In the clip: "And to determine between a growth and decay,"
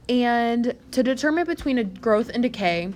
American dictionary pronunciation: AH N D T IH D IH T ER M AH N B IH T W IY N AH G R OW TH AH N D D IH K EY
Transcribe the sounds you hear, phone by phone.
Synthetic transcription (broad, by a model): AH N T IH D IH T ER M AH N B IH T W IY N AH G R OW TH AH N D D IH K EY